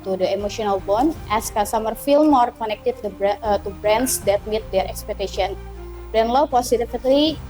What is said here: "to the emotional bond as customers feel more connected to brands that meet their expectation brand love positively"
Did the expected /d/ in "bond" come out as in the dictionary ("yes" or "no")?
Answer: no